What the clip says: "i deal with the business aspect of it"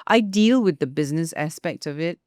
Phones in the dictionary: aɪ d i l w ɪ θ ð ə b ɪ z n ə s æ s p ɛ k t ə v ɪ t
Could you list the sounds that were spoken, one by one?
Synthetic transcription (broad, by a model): aɪ d i l w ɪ ð ə b ɪ z n ə s æ s p ɛ k t ə v ɪ t